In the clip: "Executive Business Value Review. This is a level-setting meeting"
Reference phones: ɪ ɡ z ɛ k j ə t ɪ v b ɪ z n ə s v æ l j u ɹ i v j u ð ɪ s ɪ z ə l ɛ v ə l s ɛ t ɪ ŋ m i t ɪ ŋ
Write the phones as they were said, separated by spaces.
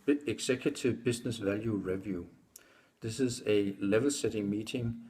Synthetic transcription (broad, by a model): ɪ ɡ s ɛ k j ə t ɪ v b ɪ s n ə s v æ l j u ɹ i v j u ð ɪ s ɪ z ə l ɛ v ə l s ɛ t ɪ ŋ m i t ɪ ŋ